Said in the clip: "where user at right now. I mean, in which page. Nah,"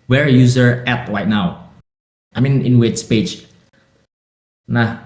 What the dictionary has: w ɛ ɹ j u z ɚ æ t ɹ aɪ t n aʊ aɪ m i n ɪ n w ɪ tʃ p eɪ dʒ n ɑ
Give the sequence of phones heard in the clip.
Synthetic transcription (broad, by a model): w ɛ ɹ j u z ɚ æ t ɹ aɪ t n aʊ aɪ m i n ɪ n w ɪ s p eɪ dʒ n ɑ